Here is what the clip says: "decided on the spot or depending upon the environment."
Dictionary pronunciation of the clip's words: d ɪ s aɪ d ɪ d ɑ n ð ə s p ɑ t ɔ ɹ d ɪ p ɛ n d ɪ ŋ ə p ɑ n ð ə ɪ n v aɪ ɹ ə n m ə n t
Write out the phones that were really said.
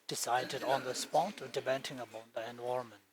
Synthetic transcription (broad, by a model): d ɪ s aɪ d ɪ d ɑ n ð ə s p ɑ t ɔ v d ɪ b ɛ n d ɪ ŋ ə b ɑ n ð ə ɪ n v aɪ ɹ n m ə n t